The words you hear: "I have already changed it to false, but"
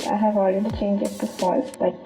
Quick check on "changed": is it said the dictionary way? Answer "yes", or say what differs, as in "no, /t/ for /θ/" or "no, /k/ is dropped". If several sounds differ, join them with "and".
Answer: no, /d/ is dropped